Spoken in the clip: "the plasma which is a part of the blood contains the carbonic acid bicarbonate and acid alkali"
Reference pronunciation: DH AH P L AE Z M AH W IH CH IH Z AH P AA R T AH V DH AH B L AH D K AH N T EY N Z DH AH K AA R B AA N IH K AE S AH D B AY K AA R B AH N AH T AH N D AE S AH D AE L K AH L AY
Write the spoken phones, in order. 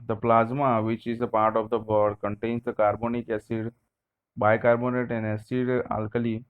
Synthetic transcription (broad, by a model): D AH P L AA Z M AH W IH CH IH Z AH P AA R T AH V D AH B AH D K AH N T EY N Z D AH K AA R B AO N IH K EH S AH D B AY K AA R B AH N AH T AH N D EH S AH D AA L K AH L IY